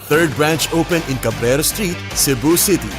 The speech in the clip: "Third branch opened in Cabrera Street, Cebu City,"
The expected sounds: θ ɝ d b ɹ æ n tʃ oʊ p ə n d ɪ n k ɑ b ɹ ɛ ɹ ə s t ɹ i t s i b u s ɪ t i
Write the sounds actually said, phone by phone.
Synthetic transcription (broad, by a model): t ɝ d b ɹ æ n tʃ oʊ p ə n ɪ n k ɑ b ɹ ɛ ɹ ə s t ɹ i t s i b u s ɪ t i